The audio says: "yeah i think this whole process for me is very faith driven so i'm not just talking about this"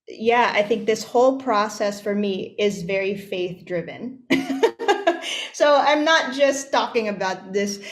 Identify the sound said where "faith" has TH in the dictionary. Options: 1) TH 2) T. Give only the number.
1